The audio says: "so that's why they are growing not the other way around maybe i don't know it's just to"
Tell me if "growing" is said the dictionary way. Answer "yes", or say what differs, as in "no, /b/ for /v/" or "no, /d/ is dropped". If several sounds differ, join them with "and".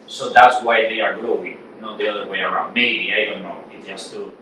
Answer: no, /l/ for /ɹ/